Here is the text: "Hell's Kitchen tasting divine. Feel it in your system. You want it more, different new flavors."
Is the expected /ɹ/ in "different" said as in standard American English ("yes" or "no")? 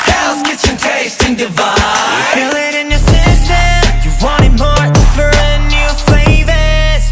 no